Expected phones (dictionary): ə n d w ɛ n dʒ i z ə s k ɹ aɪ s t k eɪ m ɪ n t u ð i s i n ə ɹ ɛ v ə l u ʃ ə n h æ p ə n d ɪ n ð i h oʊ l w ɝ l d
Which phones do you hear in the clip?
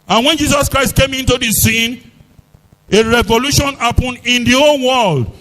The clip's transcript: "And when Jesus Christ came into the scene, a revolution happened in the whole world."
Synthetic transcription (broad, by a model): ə n w ɛ n dʒ i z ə s k ɹ aɪ s t k eɪ m ɪ n t u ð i s i n ə ɹ ɛ v ə l u ʃ ə n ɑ p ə n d ɪ n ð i oʊ n w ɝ l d